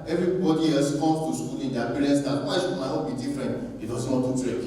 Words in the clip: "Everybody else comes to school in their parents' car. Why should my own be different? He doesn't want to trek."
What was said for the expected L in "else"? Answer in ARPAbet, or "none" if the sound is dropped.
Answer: none